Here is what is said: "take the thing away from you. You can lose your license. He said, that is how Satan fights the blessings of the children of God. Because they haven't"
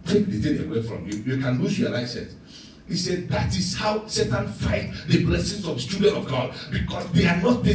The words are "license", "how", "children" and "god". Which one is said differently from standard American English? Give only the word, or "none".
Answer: children